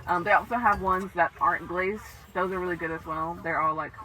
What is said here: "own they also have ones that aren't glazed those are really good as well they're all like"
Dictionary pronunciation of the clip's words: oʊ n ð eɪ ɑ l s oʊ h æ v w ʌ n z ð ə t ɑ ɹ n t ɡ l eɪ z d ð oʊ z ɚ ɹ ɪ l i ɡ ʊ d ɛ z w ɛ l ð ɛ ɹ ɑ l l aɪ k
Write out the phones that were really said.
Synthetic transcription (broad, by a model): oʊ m ð eɪ ɑ l s oʊ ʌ v w ʌ n z ð ə t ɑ ɹ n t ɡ l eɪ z ð oʊ z ɚ ɹ ɪ l i ɡ ʊ d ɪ z w ɛ l ð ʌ ɹ ɑ l l aɪ k